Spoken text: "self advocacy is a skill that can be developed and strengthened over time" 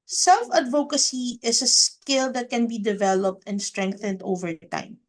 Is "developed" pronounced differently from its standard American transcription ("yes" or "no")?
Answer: no